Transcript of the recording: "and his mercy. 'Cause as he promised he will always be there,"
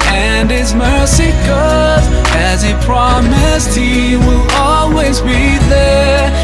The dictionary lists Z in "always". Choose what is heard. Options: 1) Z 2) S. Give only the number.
1